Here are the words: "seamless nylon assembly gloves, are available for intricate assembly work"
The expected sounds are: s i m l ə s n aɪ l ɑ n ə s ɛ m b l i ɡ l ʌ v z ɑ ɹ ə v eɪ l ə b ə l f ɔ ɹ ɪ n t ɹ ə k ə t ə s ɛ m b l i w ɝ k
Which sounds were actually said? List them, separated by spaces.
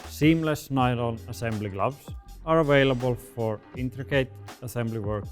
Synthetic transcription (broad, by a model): s i m l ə s n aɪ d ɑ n ə s ɛ m b l i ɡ l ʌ b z ɑ ɹ ə v eɪ l ə b ə l f ɔ ɹ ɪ n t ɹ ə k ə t ə s ɛ m b l i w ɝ k